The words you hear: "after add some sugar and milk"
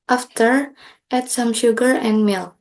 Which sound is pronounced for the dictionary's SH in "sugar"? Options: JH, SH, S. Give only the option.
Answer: SH